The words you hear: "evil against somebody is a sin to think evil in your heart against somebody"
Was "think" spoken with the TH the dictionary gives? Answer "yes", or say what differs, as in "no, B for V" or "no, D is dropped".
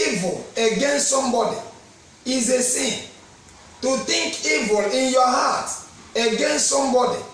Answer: no, T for TH